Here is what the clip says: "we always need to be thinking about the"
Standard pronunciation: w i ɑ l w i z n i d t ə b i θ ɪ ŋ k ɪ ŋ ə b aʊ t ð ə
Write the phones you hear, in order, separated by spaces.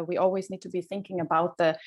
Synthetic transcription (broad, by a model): w i ɑ l w i z n i d t ə b i θ ɪ ŋ k ɪ ŋ ə b aʊ t ð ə